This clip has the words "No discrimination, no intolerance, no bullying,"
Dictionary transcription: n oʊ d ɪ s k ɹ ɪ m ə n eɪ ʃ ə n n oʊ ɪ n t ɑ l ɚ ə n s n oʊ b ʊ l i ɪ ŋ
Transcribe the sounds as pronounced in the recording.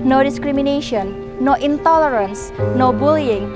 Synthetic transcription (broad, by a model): n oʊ d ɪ s k ɹ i m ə n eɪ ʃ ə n n oʊ ɪ n t ɑ l ɚ ə n s n oʊ b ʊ l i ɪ ŋ